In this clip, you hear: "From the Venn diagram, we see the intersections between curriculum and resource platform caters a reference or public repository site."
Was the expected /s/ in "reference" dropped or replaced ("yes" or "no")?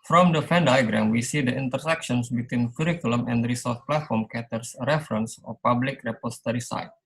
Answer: no